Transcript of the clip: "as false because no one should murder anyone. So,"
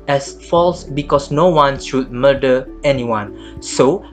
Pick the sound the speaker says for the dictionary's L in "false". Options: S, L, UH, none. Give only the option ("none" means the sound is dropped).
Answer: L